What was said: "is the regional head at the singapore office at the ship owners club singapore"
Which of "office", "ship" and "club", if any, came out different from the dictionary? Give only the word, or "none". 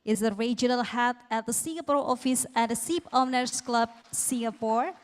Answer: ship